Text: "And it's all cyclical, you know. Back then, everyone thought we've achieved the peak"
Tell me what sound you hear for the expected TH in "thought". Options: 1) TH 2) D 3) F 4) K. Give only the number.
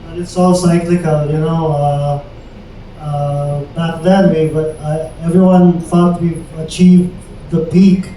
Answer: 3